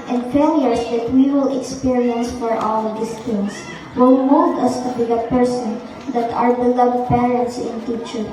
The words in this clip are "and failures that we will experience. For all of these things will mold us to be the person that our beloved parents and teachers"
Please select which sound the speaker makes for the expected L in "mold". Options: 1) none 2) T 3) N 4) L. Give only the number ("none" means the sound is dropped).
1